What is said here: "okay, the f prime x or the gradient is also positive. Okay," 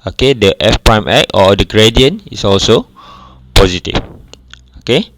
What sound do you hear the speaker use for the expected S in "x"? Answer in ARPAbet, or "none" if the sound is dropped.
none